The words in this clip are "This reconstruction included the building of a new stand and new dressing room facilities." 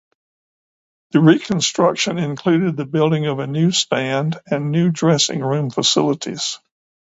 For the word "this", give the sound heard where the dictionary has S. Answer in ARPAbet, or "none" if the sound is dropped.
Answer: none